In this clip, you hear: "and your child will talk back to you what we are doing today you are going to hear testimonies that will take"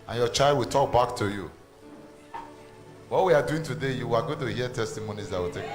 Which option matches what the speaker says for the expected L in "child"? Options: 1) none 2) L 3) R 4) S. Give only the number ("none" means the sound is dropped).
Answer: 2